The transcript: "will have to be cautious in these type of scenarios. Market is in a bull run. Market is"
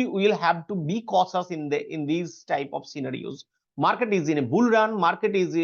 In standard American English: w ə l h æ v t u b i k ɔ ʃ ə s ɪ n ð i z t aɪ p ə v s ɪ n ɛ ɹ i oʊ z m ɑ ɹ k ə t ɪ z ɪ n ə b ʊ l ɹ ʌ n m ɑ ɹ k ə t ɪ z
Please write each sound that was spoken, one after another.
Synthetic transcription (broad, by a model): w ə l h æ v t u b i k ɔ s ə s ɪ n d i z t aɪ p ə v s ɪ n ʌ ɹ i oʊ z m ɑ ɹ k ə t ɪ z ɪ n ə b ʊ l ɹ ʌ n m ɑ ɹ k ə t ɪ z